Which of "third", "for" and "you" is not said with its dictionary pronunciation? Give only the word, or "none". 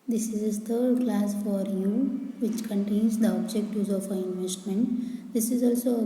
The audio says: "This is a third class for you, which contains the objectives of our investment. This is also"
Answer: third